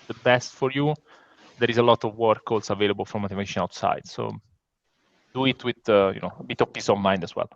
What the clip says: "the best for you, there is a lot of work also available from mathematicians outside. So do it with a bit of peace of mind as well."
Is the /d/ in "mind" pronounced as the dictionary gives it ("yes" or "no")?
yes